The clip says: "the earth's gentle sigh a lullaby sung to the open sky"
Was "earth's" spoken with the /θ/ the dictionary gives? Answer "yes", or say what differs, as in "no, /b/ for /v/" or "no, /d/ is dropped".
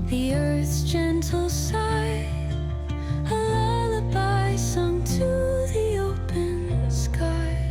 yes